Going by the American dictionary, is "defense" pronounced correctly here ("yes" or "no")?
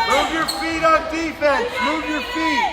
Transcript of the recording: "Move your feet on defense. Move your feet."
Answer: no